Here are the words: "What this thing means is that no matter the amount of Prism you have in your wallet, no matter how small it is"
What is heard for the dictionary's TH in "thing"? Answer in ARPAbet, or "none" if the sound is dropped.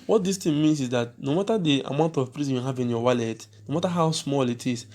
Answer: T